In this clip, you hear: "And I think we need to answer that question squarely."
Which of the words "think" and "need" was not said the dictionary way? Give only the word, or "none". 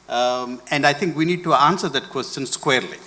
think